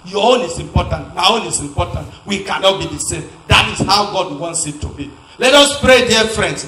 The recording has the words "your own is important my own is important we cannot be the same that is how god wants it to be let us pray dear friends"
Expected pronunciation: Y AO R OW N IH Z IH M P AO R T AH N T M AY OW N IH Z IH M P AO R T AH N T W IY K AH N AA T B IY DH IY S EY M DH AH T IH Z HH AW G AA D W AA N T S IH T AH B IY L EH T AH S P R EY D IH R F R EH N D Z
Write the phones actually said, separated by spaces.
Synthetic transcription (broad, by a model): Y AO OW N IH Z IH M P AO T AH N T M AY OW N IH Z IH M P AO T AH N T W IY K AH N AA T B IY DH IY S EY M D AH T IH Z HH AW G AA D W AA N T S IH T AH B IY L EH T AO S P R EY D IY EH F R EH N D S